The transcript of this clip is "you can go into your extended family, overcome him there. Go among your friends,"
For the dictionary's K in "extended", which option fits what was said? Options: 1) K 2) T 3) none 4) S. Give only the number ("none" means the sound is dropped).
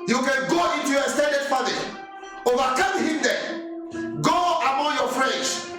3